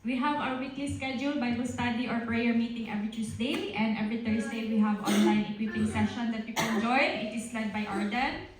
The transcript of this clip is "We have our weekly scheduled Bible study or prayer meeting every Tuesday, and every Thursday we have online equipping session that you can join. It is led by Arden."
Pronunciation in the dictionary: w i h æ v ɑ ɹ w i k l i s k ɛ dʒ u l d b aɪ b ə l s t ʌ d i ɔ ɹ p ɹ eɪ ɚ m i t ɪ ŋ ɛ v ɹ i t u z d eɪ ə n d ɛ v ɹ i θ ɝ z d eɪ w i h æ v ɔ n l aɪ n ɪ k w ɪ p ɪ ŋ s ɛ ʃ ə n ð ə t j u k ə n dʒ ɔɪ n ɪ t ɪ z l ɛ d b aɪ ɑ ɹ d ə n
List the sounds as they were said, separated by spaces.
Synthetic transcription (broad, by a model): w i h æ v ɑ w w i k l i s k ɛ dʒ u l b aɪ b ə s t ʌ d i ɔ ɹ p ɹ eɪ ɚ m i t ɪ ŋ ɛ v ɹ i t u s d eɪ ə n d ɛ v ɹ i t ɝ s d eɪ w i h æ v ɔ n l aɪ n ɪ k w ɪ p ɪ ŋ s ɛ ʃ ə n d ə t j u k ə n dʒ ɔɪ n ɪ t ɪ s l ɛ d b aɪ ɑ ɹ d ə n